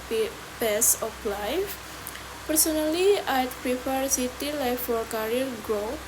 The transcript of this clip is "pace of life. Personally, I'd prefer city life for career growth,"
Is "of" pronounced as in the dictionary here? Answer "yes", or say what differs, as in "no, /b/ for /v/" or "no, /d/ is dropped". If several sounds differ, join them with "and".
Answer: no, /p/ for /v/